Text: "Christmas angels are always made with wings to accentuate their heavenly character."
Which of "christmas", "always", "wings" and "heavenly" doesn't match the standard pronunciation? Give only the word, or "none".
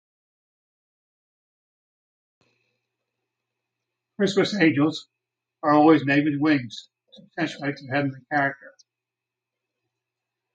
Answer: heavenly